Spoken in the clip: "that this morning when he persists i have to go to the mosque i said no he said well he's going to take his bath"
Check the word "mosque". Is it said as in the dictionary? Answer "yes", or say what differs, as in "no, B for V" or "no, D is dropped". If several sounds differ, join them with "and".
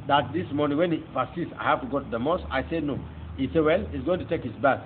no, K is dropped